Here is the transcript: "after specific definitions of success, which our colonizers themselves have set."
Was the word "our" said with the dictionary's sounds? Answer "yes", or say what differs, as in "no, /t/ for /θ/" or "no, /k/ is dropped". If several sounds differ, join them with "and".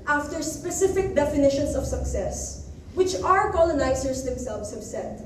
yes